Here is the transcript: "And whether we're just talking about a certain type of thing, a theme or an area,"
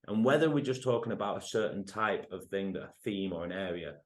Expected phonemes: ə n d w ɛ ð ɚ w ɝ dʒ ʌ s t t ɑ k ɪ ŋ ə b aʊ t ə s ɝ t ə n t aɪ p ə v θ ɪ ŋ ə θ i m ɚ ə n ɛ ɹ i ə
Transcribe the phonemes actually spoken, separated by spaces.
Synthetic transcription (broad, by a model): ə n w ɛ ð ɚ w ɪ dʒ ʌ s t t ɑ k ɪ ŋ ə b aʊ t ə s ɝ t n t aɪ p ə v θ ɪ ŋ ə θ i m ɚ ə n ɛ ɹ i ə